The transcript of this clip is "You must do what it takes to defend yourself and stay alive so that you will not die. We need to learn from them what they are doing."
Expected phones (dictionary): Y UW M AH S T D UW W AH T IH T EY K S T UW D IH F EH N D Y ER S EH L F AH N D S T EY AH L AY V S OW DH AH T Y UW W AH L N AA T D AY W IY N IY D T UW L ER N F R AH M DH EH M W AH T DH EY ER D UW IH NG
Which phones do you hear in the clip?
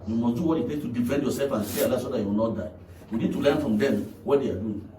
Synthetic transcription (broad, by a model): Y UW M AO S D UW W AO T IH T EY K T UW D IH F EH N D Y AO S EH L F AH N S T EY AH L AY S OW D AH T Y UW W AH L N AA T D AY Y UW N IY D T UW L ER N F R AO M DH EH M W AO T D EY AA D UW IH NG